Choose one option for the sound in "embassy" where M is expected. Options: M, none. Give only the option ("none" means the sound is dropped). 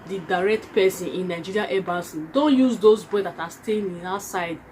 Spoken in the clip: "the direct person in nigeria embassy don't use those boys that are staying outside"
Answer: none